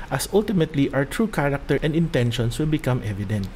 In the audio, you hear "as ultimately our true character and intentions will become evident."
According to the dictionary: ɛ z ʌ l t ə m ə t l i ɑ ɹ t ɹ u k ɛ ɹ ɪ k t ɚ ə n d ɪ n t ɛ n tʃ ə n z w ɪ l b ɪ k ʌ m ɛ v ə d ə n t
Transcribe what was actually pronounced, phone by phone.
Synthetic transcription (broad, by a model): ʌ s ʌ l t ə m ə t l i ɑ w t ɹ u k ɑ ɹ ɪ k t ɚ ə n d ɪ n t ɛ n ʃ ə n s w ɪ l b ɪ k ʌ m ɛ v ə d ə n t